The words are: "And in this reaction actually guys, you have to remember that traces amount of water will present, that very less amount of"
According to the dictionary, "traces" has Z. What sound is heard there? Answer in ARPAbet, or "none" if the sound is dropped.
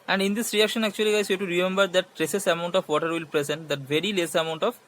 S